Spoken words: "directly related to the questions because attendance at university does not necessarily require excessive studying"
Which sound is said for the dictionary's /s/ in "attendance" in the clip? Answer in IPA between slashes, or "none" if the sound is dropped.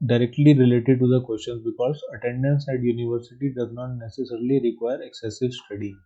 /s/